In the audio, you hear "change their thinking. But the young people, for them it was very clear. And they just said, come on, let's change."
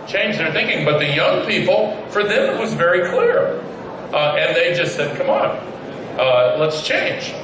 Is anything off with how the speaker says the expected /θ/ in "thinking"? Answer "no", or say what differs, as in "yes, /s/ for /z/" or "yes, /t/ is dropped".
no